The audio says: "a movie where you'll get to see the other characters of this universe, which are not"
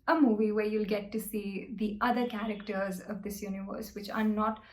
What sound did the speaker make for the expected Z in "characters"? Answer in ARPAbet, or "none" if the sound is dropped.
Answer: Z